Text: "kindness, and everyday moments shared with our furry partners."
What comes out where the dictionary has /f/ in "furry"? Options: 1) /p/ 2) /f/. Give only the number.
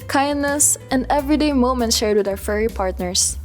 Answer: 2